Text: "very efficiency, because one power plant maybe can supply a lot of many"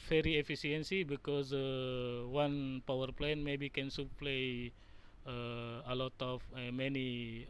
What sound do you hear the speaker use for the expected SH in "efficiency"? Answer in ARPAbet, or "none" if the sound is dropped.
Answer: S